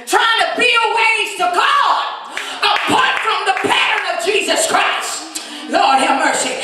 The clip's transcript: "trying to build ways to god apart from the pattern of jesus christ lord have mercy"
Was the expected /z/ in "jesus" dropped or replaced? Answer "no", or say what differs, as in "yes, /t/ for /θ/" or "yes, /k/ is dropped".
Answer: no